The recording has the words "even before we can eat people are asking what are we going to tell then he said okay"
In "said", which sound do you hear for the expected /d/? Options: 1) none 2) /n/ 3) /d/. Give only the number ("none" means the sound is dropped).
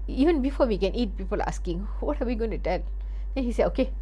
1